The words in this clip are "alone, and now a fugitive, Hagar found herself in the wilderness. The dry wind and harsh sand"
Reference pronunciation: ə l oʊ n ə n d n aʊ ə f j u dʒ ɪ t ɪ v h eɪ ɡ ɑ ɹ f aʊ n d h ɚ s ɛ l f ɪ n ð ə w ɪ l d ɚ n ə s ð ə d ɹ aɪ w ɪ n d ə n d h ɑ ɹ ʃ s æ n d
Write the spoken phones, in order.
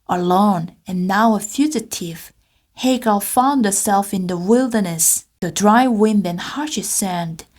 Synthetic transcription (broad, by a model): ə l oʊ n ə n n aʊ ə f j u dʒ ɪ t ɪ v h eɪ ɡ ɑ l f aʊ n d h ɚ s ɛ l f ɪ n ð ə w ɪ l d ɚ n ə s ð ə d ɹ aɪ w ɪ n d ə n h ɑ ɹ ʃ s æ n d